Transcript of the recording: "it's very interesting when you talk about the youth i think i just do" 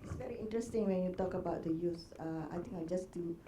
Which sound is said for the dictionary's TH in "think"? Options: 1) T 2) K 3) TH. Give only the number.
1